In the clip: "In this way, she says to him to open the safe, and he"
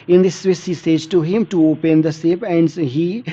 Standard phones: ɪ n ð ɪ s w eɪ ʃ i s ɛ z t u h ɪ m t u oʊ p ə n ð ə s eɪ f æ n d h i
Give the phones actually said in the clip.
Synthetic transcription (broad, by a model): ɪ n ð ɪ s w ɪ s i s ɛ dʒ t u h ɪ m t u oʊ p ə n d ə s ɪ p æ n d h i